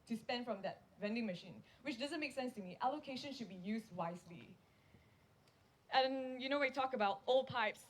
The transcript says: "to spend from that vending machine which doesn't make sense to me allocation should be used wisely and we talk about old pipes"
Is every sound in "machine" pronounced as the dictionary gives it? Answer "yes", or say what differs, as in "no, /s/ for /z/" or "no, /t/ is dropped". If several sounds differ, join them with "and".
yes